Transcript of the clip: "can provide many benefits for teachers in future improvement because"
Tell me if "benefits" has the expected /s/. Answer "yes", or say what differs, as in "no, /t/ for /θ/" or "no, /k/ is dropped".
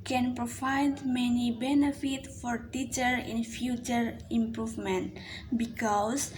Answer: no, /s/ is dropped